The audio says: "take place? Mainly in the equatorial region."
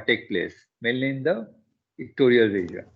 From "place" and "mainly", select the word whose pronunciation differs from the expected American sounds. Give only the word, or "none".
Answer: mainly